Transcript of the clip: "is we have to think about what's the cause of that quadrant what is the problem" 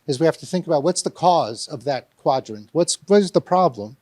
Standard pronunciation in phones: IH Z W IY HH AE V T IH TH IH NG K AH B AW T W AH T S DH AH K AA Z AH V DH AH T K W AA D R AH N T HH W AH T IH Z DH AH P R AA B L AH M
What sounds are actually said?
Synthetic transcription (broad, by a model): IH Z W IY HH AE F T IH TH IH NG K AH B AW T W AH T S DH AH K AA Z AH V DH AH T K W AA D R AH N T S W AH T IH Z DH AH P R AA B L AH M